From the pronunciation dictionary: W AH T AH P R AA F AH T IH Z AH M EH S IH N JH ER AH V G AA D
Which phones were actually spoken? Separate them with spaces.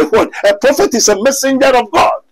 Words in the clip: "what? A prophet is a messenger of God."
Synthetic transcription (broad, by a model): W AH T AH P R AA F AH T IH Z AH M EH S IH N JH ER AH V G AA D